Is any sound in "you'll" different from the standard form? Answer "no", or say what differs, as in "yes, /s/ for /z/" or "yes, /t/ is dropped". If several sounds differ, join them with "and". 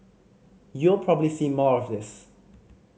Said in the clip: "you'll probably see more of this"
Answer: no